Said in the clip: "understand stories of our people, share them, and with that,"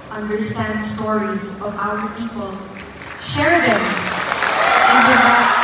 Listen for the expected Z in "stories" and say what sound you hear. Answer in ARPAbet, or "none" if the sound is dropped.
Z